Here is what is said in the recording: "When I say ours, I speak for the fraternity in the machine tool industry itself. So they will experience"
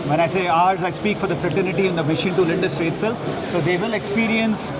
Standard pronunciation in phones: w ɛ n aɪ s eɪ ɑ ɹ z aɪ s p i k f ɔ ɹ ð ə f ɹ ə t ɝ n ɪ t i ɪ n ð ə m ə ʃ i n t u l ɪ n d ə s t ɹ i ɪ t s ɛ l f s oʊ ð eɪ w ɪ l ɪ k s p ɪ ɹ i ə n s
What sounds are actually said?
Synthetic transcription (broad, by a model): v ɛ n aɪ s eɪ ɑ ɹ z aɪ s p i k f ɔ ɹ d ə f ɹ ə t ɝ n ɪ t i ɪ n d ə m ə ʃ i n t u l ɪ n d ə s t ɹ i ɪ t s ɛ l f s oʊ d eɪ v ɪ l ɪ k s p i ɹ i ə n s